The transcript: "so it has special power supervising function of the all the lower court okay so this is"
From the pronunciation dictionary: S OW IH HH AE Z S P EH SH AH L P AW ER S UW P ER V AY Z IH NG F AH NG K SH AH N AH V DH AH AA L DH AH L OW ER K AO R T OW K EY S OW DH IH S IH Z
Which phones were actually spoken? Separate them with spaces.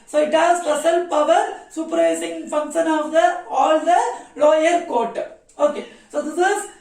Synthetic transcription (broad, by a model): S OW IH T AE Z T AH S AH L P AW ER S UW P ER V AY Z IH NG F AH NG K SH AH N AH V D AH AA L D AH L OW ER K AO R T OW K EY S OW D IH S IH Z